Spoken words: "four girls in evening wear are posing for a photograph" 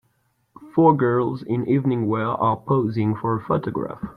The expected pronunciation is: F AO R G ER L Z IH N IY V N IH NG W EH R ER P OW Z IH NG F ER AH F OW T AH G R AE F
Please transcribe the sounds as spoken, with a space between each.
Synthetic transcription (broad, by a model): F AO R G ER L Z IH N IY V N IH NG W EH L ER P OW Z IH NG F ER AH F OW T AH G R AE F